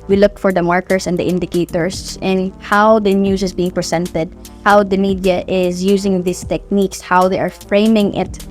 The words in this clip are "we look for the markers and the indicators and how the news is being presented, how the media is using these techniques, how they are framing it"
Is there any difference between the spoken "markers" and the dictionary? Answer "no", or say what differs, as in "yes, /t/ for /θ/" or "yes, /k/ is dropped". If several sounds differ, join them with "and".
yes, /s/ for /z/